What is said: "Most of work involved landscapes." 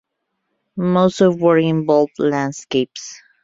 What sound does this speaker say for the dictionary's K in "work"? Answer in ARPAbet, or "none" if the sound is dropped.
none